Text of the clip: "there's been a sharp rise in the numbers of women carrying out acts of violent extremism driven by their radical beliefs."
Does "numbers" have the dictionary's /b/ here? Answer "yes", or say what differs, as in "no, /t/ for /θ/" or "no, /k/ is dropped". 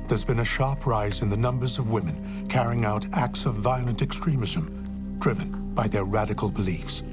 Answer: yes